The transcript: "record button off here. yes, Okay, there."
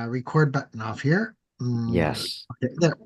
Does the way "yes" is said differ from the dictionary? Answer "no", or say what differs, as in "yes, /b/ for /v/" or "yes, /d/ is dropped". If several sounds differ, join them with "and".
no